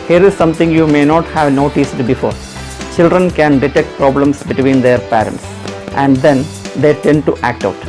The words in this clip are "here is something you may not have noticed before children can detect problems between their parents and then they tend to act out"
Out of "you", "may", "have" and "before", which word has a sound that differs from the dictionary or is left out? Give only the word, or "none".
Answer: none